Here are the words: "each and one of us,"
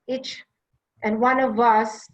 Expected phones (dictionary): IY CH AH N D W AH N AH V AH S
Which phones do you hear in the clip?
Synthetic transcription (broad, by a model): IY CH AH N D W AH N AH V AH S